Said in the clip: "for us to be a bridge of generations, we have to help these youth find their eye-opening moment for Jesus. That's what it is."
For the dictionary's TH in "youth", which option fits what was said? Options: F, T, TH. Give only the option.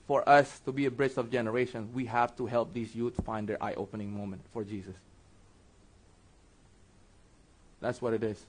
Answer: T